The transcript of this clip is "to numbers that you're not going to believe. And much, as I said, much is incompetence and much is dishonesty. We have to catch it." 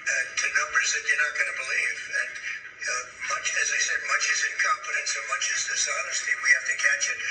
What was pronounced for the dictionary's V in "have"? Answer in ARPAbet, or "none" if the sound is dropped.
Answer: F